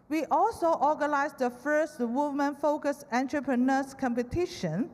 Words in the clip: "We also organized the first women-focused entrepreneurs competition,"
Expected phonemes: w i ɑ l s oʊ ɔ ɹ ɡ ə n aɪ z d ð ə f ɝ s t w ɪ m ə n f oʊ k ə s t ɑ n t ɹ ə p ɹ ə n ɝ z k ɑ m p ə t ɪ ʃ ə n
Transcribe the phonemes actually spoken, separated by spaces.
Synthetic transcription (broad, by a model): w i ɑ l s oʊ ɔ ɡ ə n aɪ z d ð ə f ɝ s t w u m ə n f oʊ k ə s ɑ n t ɹ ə p ɹ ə n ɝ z k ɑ m p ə t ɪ ʃ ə n